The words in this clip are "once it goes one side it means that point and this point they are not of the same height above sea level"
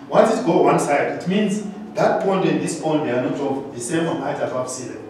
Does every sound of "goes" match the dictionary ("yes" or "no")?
no